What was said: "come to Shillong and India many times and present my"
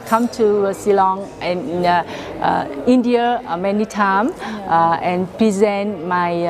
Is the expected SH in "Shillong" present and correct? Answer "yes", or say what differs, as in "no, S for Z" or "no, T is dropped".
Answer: no, S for SH